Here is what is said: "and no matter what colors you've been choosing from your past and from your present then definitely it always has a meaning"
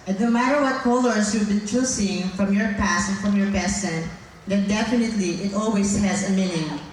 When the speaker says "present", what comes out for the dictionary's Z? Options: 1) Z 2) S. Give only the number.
2